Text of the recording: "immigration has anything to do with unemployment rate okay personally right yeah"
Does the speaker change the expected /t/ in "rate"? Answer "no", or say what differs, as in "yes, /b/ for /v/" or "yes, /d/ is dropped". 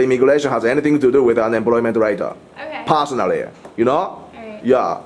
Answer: yes, /t/ is dropped